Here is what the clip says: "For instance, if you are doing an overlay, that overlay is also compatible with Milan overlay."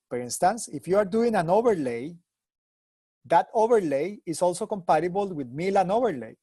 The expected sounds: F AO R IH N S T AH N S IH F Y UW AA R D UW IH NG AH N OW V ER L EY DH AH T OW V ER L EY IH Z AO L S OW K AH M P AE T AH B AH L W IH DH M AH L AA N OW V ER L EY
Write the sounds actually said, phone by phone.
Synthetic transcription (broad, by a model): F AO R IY N S T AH N S IH F Y UW AA R D UW IH NG AH N OW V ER L EY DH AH T OW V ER L EY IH S AO L S OW K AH M P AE T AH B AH L W IH DH M AH L AA N OW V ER L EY